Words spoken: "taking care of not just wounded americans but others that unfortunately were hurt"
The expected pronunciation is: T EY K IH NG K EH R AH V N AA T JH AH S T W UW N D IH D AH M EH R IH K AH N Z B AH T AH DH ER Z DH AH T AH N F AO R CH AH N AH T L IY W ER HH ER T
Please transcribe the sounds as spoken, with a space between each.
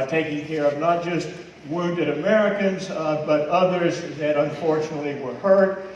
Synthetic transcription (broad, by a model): T EY K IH NG K EH R AH V N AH T JH AH S T W UW N D IH D AH M EH R IH K AH N Z B AH T AH DH ER Z DH AH T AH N F AO R CH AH N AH T L IY W ER HH ER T